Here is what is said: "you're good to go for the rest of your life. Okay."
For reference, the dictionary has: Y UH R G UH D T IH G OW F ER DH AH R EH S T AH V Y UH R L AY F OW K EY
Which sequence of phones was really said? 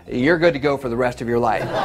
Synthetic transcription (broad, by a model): Y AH R G UH D T IH G OW F ER DH AH R EH S T AH V Y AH R L AY F